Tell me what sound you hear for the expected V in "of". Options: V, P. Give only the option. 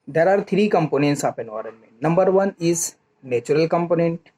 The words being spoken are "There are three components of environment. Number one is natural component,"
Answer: P